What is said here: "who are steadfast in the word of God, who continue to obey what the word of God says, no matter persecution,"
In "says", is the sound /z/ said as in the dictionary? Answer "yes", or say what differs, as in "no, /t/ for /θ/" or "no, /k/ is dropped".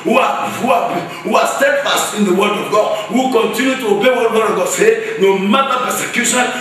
no, /z/ is dropped